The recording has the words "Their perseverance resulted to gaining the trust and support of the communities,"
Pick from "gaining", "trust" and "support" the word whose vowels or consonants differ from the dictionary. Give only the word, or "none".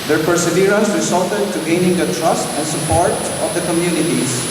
none